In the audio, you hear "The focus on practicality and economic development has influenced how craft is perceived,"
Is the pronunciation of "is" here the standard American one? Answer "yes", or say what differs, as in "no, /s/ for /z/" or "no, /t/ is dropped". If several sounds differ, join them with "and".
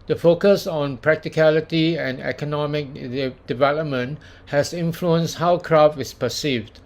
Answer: no, /s/ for /z/